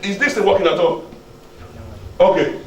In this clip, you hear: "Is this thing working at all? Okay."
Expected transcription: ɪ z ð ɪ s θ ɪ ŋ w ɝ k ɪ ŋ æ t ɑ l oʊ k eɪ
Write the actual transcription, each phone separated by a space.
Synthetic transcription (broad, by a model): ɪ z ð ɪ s t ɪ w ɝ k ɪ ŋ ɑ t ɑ oʊ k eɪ